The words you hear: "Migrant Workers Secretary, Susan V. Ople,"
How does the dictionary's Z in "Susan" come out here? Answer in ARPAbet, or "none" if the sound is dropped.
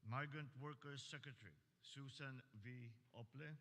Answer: S